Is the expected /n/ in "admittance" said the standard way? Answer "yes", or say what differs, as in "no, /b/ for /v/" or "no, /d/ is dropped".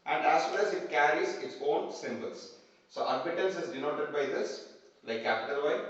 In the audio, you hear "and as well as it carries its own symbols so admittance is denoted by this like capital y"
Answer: no, /l/ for /n/